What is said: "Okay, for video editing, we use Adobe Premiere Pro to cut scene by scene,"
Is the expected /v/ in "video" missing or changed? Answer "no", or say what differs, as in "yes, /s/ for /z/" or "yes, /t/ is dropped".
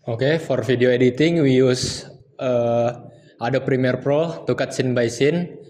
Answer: yes, /f/ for /v/